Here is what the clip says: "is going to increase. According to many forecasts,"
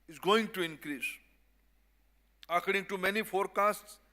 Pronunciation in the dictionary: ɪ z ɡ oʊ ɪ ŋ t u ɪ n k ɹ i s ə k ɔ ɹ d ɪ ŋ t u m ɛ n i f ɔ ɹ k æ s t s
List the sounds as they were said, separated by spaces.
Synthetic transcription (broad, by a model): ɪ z ɡ oʊ ɪ ŋ t u ɪ n k ɹ i s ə k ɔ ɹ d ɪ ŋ t u m ɛ n i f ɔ ɹ k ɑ s t s